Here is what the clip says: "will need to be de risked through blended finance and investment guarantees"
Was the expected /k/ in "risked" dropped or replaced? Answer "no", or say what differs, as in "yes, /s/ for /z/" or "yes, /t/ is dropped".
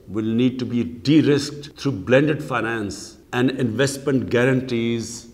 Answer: no